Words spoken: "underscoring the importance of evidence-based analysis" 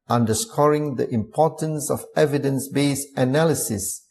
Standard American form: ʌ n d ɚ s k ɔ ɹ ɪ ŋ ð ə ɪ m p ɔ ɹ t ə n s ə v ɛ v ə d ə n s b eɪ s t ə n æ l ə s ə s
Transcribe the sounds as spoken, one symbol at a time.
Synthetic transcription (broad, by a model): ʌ n d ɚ s k ɔ ɹ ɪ ŋ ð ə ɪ m p ɔ t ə n s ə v ɛ v ə d ə n s b eɪ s ə n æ l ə s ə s